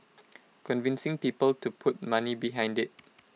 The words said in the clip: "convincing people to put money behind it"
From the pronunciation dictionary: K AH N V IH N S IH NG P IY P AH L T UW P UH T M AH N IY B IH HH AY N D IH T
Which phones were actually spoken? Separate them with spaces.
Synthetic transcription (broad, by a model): K AH N V IH N S IH NG P IY P AH L T UW P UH T M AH N IY B IH HH AY N D IH T